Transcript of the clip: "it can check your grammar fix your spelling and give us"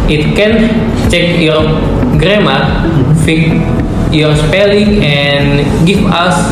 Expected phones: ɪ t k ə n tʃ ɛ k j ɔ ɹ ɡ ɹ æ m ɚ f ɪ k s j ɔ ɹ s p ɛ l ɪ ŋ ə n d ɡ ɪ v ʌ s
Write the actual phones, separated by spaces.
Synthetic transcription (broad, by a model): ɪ t k ə n tʃ ɛ k j ɔ ɹ ɡ ɹ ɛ m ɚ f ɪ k j ɔ ɹ s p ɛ l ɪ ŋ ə n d ɡ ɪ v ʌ s